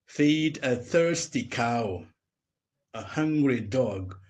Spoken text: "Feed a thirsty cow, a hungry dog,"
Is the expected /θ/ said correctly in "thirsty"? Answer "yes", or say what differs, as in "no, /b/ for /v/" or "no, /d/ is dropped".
yes